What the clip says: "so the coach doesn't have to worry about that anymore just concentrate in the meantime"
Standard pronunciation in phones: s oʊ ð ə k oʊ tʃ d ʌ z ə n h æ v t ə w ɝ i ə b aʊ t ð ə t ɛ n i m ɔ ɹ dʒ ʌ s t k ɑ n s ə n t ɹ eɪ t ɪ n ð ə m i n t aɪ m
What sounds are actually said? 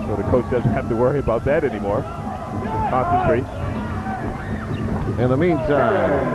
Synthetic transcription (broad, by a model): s oʊ ð ə k oʊ tʃ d ʌ z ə n h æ f t ə w ɝ i ə b aʊ t ð ə t ɛ n i m ɔ ɹ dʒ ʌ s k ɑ n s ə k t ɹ eɪ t ɪ n ð ə m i n t aɪ m